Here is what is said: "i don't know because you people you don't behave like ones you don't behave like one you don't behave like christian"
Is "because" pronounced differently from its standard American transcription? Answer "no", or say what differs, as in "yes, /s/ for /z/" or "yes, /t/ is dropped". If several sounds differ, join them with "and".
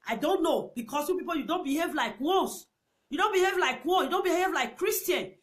yes, /s/ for /z/